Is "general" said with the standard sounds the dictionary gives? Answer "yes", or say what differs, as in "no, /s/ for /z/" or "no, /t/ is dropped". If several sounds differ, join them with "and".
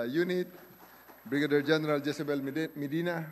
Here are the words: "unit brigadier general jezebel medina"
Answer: yes